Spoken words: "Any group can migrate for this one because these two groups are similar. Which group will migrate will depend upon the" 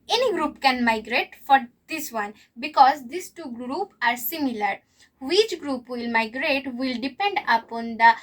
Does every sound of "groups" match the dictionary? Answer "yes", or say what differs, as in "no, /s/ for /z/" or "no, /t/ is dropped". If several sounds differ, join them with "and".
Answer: no, /s/ is dropped